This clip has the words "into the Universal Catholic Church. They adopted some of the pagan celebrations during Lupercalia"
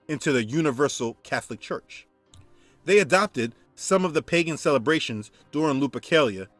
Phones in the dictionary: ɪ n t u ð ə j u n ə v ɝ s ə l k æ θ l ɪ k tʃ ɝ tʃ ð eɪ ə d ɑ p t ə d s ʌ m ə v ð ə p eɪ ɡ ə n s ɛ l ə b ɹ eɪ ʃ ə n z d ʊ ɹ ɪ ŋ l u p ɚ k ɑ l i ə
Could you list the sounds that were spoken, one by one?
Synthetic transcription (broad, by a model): ɪ n t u ð ə j u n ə v ɝ s l k æ θ l ɪ k tʃ ɝ tʃ ð eɪ ə d ɑ p t ə d s ʌ m ə v ð ə p eɪ ɡ ə n s ɛ l ə b ɹ eɪ ʃ ə n z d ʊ ɹ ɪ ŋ l u p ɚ k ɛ l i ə